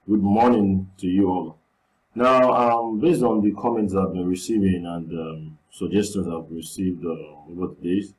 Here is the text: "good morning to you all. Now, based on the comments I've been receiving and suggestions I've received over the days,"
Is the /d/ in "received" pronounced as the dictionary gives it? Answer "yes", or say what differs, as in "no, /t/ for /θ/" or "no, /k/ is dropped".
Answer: yes